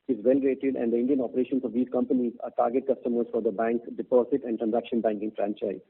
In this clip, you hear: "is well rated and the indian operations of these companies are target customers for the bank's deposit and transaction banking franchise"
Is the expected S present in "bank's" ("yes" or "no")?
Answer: no